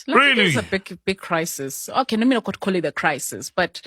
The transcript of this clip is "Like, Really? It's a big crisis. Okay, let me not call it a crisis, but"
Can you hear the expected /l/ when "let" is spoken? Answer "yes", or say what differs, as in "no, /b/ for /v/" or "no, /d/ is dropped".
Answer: no, /n/ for /l/